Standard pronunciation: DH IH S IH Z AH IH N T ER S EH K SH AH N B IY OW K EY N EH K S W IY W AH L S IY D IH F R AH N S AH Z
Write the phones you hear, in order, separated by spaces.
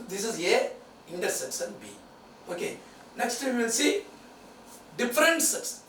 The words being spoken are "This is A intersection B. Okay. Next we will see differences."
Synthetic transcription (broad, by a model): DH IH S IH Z AH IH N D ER S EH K S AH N B IY OW K EY N EH K S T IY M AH N S IY D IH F R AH N S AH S